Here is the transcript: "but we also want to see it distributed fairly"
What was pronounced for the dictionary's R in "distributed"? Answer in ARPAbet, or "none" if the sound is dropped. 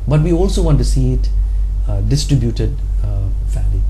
R